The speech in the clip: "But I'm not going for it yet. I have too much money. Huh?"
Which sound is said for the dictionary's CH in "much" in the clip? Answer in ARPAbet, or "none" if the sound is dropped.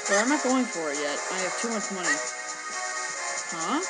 S